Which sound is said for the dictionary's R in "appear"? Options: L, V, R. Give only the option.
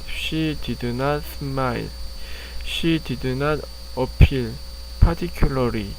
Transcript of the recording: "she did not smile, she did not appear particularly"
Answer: L